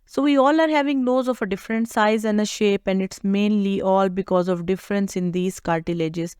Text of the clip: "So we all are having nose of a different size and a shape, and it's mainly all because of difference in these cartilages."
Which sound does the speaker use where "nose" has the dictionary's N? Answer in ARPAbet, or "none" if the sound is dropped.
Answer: L